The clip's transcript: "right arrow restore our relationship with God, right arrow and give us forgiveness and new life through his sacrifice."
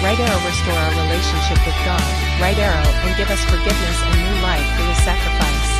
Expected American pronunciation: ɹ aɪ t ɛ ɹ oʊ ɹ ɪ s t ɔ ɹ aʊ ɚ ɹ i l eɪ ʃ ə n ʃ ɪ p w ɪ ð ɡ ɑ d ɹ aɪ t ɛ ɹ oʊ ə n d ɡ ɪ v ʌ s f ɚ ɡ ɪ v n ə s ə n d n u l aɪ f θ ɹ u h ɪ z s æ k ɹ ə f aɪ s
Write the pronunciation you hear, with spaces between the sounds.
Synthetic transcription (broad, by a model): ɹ aɪ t ɛ ɹ oʊ w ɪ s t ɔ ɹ aʊ ɚ ɹ i l eɪ ʃ ə n ʃ ɪ p w ɪ ð ɡ ɑ d ɹ aɪ t ɛ ɹ oʊ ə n ɡ ɪ v ʌ s f ɚ ɡ ɪ v n ə s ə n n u l aɪ f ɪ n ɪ s æ k ɹ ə f aɪ s